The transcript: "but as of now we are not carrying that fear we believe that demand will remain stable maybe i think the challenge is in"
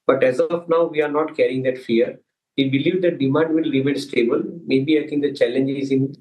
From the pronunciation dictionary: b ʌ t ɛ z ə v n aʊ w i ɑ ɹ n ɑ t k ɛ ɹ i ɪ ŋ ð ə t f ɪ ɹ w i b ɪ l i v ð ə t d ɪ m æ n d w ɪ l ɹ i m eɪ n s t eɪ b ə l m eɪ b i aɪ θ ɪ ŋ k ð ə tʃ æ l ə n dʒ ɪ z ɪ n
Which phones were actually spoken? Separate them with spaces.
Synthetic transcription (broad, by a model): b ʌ t ɛ z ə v n aʊ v i ɑ ɹ n ɑ t k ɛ ɹ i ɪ ŋ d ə t f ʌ ɹ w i b ɪ l i v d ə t d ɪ m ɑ n d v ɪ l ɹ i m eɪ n s t eɪ b ə l m eɪ b i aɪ t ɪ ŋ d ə tʃ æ l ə n dʒ ɪ z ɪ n